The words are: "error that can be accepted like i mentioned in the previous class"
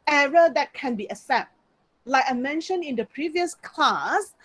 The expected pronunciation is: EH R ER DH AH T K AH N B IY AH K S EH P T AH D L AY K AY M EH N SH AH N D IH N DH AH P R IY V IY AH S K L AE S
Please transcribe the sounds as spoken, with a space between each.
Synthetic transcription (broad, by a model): EH R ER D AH T K AH N B IY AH S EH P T L AY K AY M EH N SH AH N IH N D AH P R IY V IY AH S K L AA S